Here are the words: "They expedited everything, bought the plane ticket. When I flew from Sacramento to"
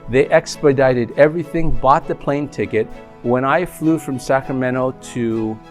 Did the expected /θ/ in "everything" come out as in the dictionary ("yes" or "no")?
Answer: yes